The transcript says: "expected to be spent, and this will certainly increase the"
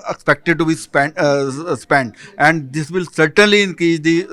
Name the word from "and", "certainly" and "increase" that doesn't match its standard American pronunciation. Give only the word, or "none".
increase